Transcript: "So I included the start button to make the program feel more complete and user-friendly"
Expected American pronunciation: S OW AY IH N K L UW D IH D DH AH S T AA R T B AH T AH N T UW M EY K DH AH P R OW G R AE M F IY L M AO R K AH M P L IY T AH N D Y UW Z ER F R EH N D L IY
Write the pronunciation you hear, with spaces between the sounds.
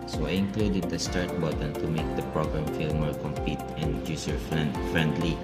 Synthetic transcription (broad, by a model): S OW AY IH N K L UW D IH D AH S T AA R T B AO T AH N T UW M EY K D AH P R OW G R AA M F IY L M AO R K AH M P IY T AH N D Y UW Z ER F R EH N D L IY